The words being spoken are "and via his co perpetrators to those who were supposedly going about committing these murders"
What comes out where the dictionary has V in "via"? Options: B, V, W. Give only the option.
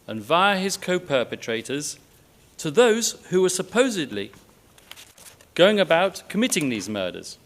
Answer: V